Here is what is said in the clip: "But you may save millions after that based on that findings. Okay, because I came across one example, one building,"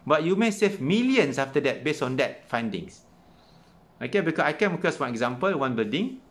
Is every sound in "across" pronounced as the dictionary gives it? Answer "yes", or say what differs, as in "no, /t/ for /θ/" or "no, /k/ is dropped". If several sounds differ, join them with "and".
no, /ɹ/ is dropped